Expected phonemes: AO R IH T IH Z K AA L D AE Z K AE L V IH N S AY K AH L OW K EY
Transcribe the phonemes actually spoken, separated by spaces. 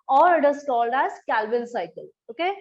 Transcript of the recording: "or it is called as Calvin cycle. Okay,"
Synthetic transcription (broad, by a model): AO R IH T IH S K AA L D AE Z K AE L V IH L S AY K AH L OW K EY